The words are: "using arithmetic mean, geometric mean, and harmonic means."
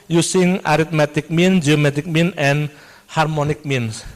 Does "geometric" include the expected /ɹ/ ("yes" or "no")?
no